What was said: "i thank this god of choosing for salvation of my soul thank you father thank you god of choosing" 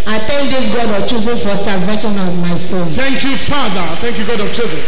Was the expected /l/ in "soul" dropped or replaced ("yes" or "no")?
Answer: yes